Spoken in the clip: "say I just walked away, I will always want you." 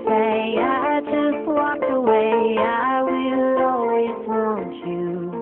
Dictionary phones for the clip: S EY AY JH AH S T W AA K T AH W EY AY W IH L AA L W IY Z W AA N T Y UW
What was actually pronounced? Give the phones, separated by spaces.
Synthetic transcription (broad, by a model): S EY AY JH AH S T W AA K AH W EY AY W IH L AA L W IY Z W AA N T Y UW